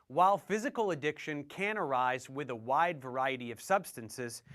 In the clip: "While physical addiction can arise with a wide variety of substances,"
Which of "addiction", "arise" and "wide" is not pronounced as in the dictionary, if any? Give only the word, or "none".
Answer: none